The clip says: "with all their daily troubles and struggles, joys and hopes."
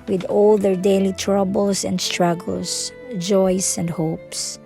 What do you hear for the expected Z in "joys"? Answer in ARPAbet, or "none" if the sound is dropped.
S